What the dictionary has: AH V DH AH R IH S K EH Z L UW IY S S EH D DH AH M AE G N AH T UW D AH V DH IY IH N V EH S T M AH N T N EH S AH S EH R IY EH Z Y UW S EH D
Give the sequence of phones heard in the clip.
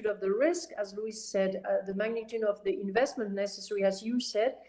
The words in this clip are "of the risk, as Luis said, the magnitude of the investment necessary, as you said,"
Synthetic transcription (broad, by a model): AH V DH AH R IH S K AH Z L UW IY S S EH D DH AH M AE G N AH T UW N AH V DH IY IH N V EH S T M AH N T N EH S AH S EH R IY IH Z Y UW S EH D